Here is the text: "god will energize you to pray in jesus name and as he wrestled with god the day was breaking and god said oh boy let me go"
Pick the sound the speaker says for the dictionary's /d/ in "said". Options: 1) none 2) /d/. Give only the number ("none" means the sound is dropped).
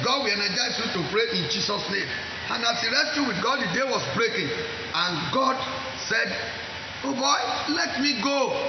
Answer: 2